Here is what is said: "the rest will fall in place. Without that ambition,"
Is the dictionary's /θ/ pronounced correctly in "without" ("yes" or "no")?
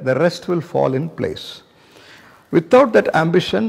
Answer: no